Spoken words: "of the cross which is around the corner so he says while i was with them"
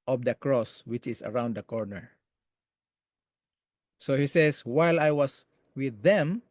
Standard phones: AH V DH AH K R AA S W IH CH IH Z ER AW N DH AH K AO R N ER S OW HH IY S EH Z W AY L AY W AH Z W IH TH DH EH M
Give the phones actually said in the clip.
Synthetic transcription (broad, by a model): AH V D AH K R AA S W IH CH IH S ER AW N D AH K AO R N ER S OW HH IY S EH S W AY L AY W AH S W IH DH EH M